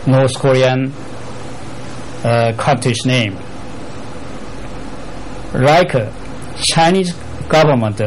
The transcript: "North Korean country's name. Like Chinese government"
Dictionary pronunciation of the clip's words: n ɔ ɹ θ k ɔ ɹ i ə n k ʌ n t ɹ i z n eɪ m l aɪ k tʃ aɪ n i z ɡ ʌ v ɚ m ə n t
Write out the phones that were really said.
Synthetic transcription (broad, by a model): n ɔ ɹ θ k ɔ ɹ i ə n k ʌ t i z n eɪ m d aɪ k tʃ aɪ n i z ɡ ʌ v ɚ m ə n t